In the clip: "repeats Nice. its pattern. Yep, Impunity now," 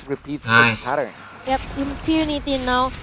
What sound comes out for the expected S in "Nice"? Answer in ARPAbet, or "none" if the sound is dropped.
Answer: none